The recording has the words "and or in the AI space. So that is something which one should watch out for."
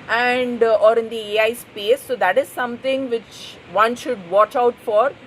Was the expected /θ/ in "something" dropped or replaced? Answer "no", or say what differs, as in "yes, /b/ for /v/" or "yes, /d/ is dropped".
yes, /t/ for /θ/